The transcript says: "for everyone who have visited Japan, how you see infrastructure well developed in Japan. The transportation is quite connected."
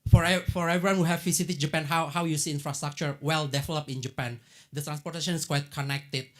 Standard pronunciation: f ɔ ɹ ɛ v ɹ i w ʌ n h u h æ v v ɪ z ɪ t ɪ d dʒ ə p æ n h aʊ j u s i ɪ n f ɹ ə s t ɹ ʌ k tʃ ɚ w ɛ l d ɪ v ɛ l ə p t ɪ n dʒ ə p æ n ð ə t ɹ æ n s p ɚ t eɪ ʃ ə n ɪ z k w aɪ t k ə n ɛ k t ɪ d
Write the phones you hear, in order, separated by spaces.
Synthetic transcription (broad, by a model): f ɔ ɹ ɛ v ɹ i w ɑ n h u h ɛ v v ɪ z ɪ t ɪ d dʒ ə p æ n h aʊ j u s i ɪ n f ɹ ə s t ɹ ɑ k tʃ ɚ w ɛ l d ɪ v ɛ l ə p ɪ n dʒ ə p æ n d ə t ɹ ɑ n s p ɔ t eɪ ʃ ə n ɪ s k w aɪ t k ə n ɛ k t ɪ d